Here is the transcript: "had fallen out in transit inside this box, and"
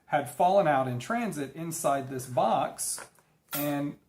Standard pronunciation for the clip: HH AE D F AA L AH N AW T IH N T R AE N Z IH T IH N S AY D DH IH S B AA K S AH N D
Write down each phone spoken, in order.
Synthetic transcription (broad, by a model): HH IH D F AA L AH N AW T IH N T R AE N Z IH T IH N S AY D DH IH S B AA K S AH N